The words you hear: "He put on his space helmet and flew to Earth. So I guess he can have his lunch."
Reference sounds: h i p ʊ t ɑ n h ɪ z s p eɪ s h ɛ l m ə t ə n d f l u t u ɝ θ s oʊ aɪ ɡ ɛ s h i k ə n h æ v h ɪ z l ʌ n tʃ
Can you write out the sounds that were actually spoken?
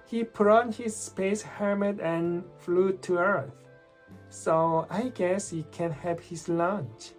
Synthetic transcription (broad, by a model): h i p ʊ t ɑ n h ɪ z s p eɪ s h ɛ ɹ m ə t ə n f l u t u ɝ θ s oʊ aɪ ɡ ɛ s h i k ə n h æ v h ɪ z l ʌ n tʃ